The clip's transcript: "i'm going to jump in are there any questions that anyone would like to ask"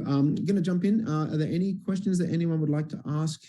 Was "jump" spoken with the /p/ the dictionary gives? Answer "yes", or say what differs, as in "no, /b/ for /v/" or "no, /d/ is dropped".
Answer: yes